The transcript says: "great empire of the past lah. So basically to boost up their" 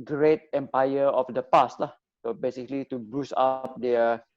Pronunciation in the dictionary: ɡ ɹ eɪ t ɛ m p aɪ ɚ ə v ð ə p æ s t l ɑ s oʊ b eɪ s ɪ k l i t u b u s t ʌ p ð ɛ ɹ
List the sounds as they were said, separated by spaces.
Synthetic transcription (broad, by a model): ɡ ɹ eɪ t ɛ m p aɪ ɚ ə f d ə p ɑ s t l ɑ s oʊ b eɪ s ɪ k l i t u b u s ɑ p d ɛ